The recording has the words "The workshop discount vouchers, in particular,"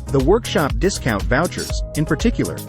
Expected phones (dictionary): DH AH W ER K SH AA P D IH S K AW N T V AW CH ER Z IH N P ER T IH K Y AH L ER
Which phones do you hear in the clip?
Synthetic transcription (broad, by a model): DH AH W ER K SH AA P D IH S K AW N T V AW CH ER Z IH N P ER T IH K Y L ER